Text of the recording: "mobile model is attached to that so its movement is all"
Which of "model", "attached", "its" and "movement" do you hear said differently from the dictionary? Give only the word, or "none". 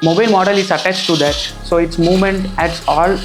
none